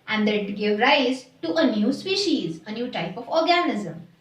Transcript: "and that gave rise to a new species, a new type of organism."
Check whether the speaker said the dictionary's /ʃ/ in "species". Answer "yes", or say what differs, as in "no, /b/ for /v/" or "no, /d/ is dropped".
yes